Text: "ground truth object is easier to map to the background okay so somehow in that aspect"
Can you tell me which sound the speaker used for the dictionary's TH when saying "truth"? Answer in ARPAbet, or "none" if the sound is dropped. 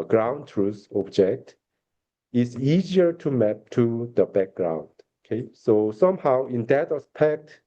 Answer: S